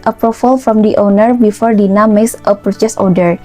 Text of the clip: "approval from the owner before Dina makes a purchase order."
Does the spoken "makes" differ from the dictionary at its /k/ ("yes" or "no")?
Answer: yes